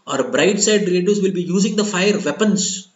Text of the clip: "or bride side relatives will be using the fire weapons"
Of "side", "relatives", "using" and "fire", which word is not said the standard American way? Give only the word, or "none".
relatives